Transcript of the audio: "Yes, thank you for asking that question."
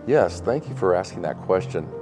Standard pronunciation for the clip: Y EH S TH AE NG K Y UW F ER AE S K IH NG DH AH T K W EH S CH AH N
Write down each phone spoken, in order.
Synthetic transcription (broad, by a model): Y EH S TH AE NG K Y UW F ER AE S K IH NG DH AH T K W EH S CH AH N